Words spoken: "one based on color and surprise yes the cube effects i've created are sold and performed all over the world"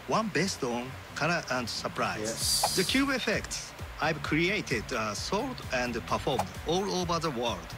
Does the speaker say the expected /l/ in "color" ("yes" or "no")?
no